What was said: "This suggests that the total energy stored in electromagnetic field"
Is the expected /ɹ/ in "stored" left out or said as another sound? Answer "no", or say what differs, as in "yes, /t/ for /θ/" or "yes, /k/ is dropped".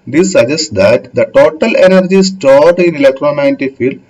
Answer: no